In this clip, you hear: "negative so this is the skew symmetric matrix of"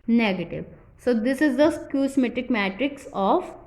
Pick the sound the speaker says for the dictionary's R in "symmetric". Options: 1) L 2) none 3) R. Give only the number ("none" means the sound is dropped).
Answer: 2